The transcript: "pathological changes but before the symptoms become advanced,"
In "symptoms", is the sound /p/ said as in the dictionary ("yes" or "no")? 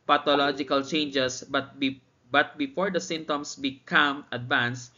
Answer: no